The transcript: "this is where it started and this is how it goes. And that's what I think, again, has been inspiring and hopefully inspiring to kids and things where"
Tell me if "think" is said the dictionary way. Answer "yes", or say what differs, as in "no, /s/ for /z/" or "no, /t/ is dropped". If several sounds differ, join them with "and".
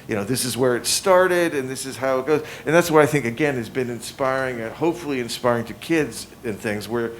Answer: yes